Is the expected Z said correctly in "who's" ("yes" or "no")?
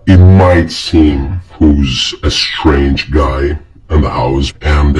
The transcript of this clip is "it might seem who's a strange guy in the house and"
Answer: yes